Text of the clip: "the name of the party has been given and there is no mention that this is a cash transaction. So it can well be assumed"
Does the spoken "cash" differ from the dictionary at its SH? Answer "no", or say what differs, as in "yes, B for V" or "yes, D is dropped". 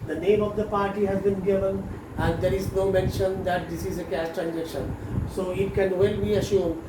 yes, S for SH